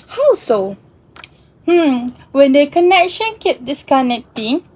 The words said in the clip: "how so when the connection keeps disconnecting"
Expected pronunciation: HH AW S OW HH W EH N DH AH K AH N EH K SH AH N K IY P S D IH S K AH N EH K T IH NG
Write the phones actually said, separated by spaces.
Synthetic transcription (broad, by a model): HH AW S OW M W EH N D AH K AH N EH K SH AH N K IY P D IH S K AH N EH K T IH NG